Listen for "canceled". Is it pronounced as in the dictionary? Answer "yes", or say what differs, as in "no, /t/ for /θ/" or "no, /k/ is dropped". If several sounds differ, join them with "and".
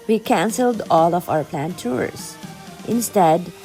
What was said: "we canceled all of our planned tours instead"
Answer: yes